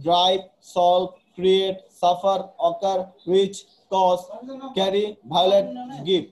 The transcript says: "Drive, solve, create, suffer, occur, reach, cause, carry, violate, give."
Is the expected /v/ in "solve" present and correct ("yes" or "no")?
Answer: no